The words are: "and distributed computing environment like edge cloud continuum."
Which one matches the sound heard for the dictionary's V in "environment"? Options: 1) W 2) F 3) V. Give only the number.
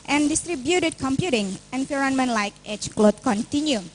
2